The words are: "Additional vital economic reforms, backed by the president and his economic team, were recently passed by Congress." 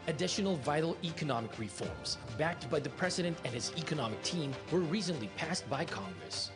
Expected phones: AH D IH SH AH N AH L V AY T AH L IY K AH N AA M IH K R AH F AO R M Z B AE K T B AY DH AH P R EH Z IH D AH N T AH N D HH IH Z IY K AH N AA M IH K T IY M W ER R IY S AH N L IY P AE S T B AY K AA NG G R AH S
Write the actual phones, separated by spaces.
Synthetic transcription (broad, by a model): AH D IH SH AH N L V AY T L IY K AH N AA M IH K R AH F AO R M Z B AE K T B AY DH AH P R EH Z IH D AH N T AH N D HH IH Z IY K AH N AA M IH K T IY M W ER R IY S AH N L IY P AE S T B AY K AA NG G R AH S